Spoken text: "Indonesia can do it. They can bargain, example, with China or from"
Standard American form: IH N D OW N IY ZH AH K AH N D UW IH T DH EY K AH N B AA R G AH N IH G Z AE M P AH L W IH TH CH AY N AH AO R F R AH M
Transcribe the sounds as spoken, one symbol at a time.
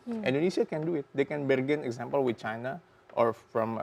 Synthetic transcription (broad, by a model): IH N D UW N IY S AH K AH N D UW IH T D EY K AH N B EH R G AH N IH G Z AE M P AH L W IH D CH AY N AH AO R F R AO M